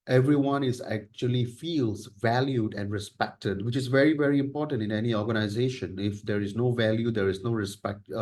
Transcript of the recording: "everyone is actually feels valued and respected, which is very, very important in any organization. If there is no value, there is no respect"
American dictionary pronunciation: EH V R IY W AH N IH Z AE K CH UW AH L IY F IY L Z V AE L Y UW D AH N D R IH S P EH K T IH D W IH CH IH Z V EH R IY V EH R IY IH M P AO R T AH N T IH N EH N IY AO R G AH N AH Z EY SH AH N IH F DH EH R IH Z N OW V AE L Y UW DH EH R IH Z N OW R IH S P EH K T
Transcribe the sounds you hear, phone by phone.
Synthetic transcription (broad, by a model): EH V R IY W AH N IH Z AE K CH UW AH L IY F IY L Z V AE L Y UW D AH N D R IH S P EH K T IH D W IH CH IH Z V EH R IY V EH R IY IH M P AO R T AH N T IH N EH N IY AO R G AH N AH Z EY SH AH N IH F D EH R IH Z N OW V AE L Y UW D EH R IH Z N OW R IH S P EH K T